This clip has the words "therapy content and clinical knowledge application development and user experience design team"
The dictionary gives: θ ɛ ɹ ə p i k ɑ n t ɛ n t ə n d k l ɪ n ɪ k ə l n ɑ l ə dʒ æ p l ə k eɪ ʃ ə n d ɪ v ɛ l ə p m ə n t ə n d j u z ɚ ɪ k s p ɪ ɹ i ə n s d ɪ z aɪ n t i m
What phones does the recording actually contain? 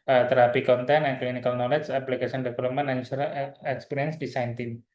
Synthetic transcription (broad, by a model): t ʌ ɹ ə p i k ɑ n t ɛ n ə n k l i n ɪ k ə l n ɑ l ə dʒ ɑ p l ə k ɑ s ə n d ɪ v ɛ l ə p m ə n ə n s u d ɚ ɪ k s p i ɹ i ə n s d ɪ s aɪ n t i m